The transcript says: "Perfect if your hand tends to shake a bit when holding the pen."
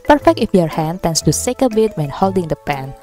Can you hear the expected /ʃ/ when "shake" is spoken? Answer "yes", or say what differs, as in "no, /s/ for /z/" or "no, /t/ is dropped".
no, /s/ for /ʃ/